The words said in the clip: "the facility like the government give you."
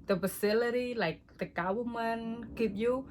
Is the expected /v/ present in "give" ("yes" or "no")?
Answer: no